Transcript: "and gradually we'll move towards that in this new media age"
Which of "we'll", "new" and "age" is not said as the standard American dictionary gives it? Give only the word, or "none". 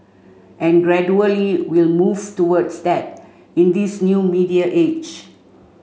none